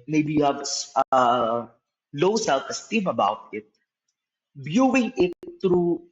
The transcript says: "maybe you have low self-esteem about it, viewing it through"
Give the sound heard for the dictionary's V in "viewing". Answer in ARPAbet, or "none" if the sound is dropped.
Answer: B